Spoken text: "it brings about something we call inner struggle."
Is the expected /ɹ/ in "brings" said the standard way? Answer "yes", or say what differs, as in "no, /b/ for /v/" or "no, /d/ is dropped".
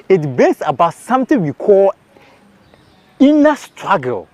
no, /ɹ/ is dropped